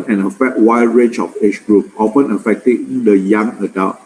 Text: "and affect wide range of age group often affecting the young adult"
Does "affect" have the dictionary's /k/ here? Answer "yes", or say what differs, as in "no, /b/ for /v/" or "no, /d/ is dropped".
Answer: no, /k/ is dropped